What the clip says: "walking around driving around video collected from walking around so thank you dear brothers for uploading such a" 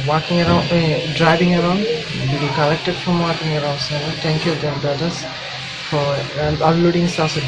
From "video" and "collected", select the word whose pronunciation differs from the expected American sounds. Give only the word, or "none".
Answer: video